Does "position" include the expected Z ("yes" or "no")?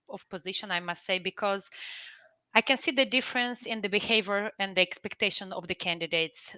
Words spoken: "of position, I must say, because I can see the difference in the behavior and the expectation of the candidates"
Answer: yes